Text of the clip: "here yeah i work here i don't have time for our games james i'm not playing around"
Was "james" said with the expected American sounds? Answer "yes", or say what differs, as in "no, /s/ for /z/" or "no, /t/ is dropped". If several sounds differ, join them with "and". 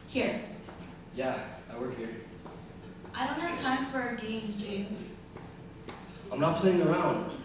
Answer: yes